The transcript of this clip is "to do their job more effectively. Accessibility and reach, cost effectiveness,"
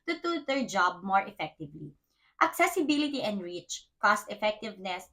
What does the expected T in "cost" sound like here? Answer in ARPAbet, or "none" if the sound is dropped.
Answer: T